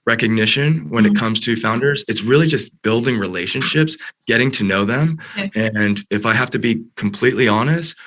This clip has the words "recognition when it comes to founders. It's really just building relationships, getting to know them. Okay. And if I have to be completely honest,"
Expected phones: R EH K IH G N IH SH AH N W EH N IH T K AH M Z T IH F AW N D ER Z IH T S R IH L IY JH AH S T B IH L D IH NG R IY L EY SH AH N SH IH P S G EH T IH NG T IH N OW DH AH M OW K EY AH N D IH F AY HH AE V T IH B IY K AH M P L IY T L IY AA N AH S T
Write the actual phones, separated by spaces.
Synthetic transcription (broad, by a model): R EH K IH G N IH SH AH N W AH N IH T K AH M Z T IH F AW N D ER Z IH T S R IH L IY JH AH S T B IH L D IH NG R IY L EY SH AH N SH IH P S G EH T IH NG T IH N OW DH AH M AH N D IH F AY HH AE F T IH B IY K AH M P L IY T L IY AA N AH S T